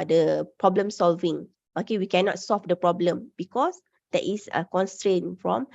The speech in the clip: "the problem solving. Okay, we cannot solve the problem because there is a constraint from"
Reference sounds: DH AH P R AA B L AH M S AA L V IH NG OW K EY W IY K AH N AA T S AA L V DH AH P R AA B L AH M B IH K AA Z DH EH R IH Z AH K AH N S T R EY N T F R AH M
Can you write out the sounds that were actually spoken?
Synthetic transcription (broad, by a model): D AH P R AA B L AH M S AA L V IH NG OW K EY W IY K AH N AA T S AA L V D AH P R AA B L AH M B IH K AA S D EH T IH S AH K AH N S T R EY N F R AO M